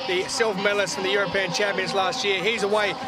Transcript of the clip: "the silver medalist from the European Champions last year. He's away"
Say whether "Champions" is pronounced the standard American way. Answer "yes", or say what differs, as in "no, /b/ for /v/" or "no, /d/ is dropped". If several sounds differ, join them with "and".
yes